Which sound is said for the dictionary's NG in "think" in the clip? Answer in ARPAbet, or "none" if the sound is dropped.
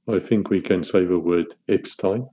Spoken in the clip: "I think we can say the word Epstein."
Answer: NG